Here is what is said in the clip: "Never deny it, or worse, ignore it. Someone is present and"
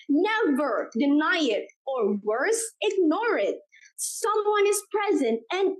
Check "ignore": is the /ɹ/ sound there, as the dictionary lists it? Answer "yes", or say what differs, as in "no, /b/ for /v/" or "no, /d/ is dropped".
yes